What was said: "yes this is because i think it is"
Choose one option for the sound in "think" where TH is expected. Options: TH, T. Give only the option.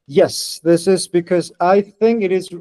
TH